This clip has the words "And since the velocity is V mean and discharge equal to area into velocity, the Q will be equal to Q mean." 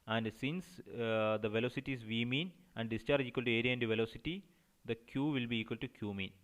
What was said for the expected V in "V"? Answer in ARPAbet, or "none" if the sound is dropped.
V